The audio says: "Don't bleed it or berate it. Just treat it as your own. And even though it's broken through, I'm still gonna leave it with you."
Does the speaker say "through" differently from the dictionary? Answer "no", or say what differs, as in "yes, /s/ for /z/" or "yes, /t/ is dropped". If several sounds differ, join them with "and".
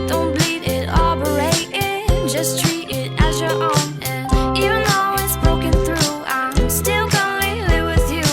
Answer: no